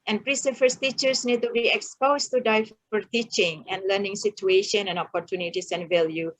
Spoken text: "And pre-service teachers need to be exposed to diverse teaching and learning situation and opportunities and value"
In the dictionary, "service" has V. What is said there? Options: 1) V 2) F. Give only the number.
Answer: 2